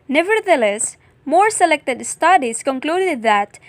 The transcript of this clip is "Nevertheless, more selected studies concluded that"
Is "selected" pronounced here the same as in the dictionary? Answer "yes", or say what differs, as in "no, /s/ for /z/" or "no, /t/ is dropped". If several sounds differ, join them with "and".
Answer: yes